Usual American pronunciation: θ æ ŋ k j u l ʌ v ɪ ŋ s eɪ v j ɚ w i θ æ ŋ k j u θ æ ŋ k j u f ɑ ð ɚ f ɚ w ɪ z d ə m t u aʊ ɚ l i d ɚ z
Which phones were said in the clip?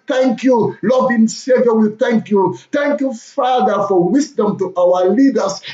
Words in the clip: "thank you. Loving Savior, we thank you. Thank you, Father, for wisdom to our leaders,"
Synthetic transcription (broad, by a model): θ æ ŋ k j u l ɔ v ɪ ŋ s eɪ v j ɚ w i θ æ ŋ k j u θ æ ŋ k j u f ɑ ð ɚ f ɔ w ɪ s d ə m t u aʊ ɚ l i d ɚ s